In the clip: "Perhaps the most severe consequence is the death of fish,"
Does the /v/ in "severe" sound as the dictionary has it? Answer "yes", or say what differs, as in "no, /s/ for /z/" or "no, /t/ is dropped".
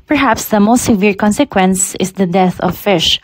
yes